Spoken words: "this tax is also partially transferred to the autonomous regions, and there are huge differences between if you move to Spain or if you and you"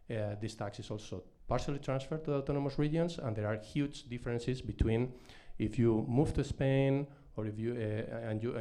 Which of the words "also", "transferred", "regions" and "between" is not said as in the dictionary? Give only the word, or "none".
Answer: regions